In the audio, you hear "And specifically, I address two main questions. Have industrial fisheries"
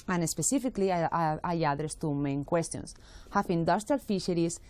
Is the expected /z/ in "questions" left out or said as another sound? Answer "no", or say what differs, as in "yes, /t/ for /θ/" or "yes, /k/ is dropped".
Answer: yes, /s/ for /z/